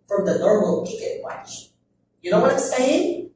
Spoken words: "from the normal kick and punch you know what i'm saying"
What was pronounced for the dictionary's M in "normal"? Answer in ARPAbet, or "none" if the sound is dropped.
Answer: M